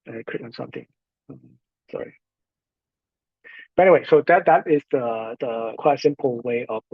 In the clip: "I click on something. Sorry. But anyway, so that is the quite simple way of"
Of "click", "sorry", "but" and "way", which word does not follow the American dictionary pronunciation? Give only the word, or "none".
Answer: click